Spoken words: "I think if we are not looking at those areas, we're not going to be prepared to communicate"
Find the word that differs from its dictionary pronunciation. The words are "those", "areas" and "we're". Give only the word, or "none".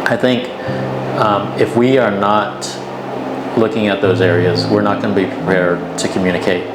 none